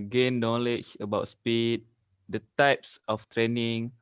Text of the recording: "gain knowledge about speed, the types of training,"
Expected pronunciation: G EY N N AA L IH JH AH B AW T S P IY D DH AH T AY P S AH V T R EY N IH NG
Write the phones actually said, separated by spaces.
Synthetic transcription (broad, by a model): G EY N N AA L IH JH AH B AW T S P IY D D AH T AY P S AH F T R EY N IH NG